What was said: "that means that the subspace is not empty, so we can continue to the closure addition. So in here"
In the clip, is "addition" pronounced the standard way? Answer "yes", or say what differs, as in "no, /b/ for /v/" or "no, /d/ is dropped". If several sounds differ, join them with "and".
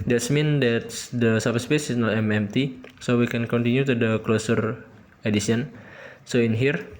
no, /s/ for /ʃ/